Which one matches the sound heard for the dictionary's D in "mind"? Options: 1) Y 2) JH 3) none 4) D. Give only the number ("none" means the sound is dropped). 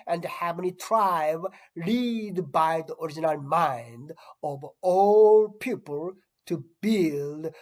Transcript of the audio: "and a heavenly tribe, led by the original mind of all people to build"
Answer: 4